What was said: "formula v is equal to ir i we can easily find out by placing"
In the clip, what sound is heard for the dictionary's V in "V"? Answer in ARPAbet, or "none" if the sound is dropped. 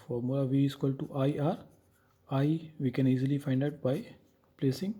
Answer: V